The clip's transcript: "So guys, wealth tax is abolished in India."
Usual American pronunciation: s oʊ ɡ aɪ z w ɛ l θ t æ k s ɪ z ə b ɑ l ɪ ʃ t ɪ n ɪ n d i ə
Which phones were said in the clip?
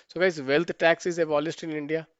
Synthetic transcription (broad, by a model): s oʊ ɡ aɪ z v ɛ l t t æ k s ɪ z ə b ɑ l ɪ s t ɪ n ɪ n d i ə